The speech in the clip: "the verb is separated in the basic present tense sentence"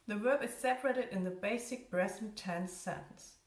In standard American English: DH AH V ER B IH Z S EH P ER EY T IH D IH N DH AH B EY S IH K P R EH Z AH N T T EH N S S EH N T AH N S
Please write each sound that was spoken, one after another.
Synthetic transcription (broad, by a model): DH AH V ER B IH Z S EH P ER EY T IH D IH N DH AH B EY S IH K B R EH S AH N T T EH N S S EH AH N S